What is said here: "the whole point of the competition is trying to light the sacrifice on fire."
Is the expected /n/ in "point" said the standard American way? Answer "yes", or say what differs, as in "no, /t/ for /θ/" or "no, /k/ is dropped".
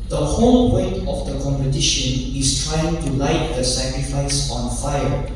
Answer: no, /n/ is dropped